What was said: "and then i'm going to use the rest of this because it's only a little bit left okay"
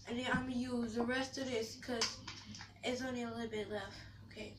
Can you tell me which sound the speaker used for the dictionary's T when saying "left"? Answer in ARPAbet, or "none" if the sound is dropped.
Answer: none